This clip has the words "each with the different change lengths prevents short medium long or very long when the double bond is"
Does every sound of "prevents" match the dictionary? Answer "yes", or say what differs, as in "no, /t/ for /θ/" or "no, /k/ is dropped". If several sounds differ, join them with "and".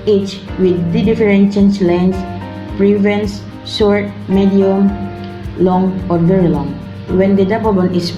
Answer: no, /s/ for /t/